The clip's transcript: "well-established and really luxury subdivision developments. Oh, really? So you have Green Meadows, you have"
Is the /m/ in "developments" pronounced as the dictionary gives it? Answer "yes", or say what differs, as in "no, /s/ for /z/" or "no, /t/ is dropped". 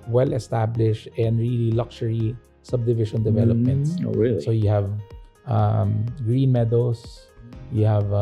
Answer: yes